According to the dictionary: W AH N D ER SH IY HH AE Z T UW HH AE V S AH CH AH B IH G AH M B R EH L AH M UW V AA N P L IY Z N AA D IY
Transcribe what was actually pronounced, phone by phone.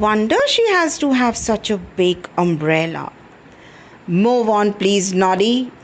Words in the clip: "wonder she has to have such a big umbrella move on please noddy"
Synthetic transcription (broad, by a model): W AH N D ER SH IY HH AE Z T UW HH AE V S AH CH AH B IH G AH M B R EH L AH M UW V AA N P L IY Z N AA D IY